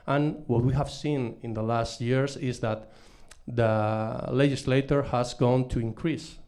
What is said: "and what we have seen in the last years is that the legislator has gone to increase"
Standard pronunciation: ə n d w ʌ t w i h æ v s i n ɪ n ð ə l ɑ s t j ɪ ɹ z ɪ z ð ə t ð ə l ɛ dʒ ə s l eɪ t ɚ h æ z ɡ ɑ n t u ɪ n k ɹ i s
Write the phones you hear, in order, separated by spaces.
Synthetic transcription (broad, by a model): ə n w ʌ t w i h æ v s i n ɪ n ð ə l ɑ s t j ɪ ɹ s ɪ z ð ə t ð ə l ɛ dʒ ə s l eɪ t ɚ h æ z ɡ ɑ n t u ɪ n k ɹ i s